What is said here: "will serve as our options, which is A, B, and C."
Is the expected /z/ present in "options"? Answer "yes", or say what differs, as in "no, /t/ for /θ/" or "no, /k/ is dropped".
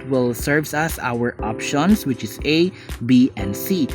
no, /s/ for /z/